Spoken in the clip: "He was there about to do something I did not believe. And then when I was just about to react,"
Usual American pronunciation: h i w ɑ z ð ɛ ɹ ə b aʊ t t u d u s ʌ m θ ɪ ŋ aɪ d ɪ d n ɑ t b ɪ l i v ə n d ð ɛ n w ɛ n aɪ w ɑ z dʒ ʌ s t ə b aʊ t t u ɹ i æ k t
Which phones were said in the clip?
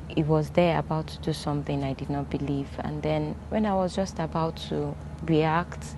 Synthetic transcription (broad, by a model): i w ɑ z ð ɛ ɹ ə b aʊ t t u d u s ʌ m θ ɪ ŋ aɪ d ɪ d n ɑ t b ɪ l i v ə n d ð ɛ n w ɛ n aɪ w ɑ z dʒ ʌ s t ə b aʊ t t u ɹ i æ k t